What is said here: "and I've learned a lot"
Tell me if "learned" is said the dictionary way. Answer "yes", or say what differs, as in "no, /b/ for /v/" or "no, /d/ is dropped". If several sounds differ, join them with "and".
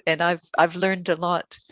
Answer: yes